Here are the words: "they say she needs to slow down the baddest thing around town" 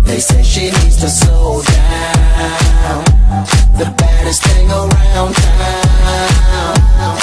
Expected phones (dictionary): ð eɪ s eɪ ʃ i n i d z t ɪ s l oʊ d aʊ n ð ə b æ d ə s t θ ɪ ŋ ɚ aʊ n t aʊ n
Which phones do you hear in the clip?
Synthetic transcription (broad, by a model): ð eɪ s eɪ ʃ i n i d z t ɪ s oʊ d aʊ n ð ə b æ d ə s t θ ɪ ŋ ɚ aʊ n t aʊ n